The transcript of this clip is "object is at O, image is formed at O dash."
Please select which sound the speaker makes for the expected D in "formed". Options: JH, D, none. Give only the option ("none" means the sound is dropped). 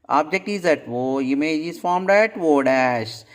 D